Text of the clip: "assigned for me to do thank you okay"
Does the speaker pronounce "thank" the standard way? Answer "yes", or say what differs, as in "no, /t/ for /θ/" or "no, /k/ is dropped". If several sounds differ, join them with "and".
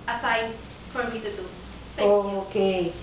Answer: no, /s/ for /θ/